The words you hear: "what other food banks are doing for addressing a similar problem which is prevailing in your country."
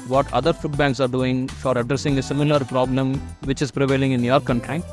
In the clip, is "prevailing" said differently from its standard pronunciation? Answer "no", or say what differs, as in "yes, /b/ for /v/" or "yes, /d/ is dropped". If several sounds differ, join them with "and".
no